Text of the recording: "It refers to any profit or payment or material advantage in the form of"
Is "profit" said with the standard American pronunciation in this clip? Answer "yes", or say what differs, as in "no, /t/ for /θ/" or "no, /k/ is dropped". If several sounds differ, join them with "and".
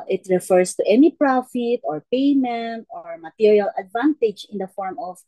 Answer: yes